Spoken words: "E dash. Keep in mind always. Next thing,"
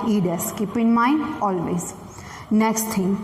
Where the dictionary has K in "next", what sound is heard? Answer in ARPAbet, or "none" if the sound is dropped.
K